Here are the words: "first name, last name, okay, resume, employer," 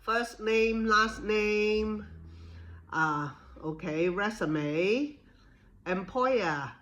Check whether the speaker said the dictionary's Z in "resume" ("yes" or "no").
no